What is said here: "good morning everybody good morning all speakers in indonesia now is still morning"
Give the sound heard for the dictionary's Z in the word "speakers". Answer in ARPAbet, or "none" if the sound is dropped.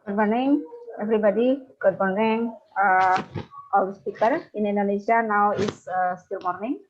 none